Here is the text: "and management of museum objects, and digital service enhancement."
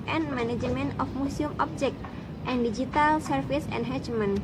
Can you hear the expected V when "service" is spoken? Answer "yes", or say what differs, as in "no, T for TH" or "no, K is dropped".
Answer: no, F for V